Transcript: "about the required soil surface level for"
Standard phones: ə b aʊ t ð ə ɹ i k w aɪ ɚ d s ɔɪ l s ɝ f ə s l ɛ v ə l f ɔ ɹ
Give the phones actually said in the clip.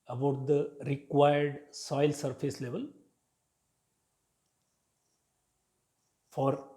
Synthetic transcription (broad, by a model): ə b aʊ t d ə ɹ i k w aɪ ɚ d s ɔɪ l s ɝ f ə s l ɛ v ə l f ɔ ɹ